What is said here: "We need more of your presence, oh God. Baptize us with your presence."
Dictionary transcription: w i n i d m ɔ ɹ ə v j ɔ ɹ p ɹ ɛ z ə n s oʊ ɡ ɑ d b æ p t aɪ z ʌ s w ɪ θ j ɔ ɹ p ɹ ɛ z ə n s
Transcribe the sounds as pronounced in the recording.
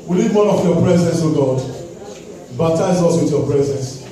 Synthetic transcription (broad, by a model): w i l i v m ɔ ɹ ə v j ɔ p ɹ ɛ z ə n s oʊ ɡ ɑ d b æ p t aɪ z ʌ s w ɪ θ j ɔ p ɹ ɛ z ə n s